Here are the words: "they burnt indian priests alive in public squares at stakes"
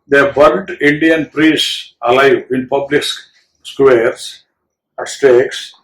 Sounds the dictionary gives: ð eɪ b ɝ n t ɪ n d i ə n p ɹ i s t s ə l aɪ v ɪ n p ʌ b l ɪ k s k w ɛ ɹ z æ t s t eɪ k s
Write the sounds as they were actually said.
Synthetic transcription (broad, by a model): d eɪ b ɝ l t ɪ n d i ə n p ɹ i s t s ə l aɪ v ɪ n p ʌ b l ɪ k s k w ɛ ɹ s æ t s t eɪ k s